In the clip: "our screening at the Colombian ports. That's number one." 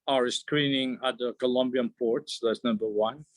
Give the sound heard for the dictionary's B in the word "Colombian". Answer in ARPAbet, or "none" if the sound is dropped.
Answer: B